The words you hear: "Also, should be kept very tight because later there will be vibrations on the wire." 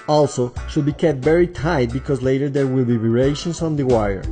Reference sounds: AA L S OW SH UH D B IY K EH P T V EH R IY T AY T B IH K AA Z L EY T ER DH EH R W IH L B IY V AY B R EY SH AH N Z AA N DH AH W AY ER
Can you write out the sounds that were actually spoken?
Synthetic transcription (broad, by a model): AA L S OW SH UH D B IY K EH P T V EH R IY T AY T B IH K AA Z L EY T ER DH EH R W IH L B IY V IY R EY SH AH N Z AA N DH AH W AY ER